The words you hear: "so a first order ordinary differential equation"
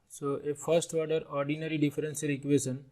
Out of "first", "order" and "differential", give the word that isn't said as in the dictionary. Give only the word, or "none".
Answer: differential